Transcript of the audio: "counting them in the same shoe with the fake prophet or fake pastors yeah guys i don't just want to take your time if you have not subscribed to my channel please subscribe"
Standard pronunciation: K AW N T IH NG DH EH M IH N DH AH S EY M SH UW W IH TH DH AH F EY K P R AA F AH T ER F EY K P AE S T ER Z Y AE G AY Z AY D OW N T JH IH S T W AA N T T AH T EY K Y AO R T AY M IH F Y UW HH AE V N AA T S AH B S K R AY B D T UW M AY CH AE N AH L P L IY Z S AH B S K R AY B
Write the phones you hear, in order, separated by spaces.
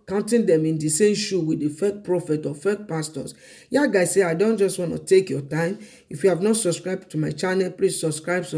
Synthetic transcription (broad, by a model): K AW N T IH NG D EH M IH N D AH S EY M SH UW W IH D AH F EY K P R AA F AH T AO F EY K P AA S T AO S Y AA G AY S AY D OW N T JH IH S T W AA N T T AH T EY K Y AO T AY M IH F Y UW HH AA V N AA T S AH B S K R AY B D T UW M AY CH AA N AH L P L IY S S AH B S K R AY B